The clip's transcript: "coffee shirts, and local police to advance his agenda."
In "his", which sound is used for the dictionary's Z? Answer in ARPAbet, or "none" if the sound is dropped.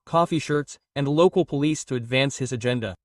Z